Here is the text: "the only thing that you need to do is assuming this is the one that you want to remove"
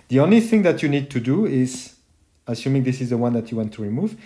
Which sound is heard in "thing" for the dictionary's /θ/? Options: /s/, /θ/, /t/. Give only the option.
/θ/